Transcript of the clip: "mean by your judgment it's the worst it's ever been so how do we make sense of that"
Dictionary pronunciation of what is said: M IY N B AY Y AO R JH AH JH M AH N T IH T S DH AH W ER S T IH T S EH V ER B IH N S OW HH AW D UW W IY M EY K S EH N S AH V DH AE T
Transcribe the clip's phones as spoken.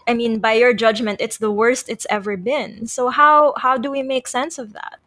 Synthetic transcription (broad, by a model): M IY N B AY Y AO R JH AH JH M AH N T IH T S DH AH W ER S T IH T S EH V ER B IH N S OW HH AW D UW W IY M EY K S EH N S AH V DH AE T